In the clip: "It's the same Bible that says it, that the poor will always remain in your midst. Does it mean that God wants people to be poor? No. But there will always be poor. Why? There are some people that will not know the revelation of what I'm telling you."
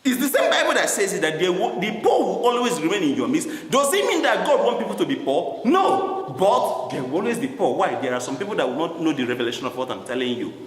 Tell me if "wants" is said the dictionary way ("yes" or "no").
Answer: no